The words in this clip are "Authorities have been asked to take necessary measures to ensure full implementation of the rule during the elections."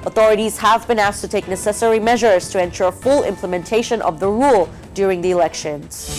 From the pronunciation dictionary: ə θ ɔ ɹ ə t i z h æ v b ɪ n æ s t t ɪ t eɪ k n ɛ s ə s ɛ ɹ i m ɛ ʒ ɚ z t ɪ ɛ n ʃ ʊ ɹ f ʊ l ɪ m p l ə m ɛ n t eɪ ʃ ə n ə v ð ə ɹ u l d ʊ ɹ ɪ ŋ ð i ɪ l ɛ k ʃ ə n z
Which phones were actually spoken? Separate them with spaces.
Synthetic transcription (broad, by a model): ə θ ɔ ɹ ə t i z h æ v b ɪ n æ s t t ɪ t eɪ k n ɛ s ə s ɛ ɹ i m ɛ ʒ ɚ z t ɪ ɛ n ʃ ʊ ɹ f ʊ l ɪ m p l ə m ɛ n t eɪ ʃ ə n ə v ð ə ɹ u l d ʊ ɹ ɪ ŋ ð i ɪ l ɛ k ʃ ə n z